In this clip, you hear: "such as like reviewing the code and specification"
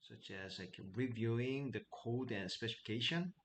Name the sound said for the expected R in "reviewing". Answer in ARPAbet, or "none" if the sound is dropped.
R